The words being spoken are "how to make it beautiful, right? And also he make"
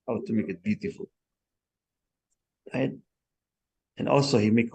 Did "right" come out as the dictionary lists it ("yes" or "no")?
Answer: no